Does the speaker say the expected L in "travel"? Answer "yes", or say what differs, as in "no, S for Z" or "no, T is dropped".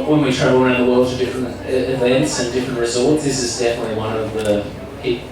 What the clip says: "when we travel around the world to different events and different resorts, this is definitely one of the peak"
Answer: no, N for L